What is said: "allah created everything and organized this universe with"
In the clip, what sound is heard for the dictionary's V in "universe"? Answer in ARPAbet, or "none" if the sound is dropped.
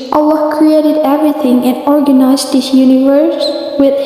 V